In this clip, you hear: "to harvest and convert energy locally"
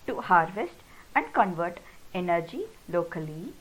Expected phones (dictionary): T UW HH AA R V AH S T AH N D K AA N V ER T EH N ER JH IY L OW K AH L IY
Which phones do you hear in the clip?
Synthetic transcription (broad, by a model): T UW HH AA R V AH S T AH N D K AA N V ER T EH N ER JH IY L OW K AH L IY